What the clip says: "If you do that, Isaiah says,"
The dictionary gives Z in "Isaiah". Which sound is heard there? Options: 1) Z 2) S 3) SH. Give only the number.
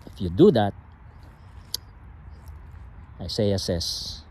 2